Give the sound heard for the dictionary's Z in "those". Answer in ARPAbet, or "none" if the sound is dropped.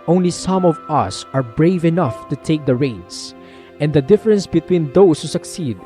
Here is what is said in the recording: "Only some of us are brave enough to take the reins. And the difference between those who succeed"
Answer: S